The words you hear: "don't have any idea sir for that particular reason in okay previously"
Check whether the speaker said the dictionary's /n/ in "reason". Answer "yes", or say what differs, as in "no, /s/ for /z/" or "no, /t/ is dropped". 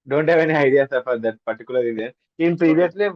no, /n/ is dropped